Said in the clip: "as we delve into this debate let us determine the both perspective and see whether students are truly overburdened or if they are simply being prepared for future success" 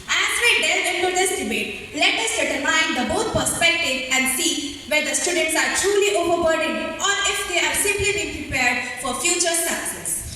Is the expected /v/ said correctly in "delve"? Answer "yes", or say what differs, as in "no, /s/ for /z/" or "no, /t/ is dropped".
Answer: no, /v/ is dropped